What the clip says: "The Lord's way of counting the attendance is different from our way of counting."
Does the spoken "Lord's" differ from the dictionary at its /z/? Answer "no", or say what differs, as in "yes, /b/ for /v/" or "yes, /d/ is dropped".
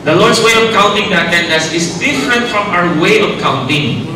yes, /s/ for /z/